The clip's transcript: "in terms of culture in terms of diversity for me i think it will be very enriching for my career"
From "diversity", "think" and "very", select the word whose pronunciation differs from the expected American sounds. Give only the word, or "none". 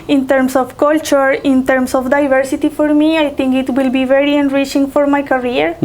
think